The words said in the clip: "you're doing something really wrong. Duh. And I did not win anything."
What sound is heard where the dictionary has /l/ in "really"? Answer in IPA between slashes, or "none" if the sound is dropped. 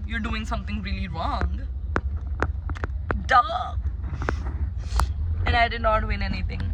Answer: /l/